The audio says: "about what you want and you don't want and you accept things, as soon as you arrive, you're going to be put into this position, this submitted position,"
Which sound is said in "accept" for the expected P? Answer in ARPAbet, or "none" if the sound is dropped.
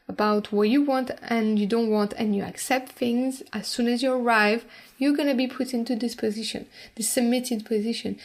P